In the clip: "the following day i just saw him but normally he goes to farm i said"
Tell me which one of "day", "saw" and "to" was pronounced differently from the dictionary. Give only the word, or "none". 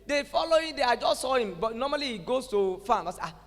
to